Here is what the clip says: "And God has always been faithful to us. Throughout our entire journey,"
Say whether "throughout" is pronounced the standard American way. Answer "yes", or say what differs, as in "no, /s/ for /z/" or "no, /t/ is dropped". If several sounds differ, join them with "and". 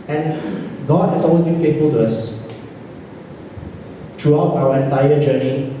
no, /t/ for /θ/